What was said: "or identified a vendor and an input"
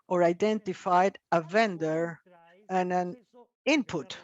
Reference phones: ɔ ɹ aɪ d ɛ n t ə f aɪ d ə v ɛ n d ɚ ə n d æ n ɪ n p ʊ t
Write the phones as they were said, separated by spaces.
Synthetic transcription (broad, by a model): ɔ ɹ aɪ d ɛ n t ə f aɪ d ə v ɛ n d ɚ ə n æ n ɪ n p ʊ t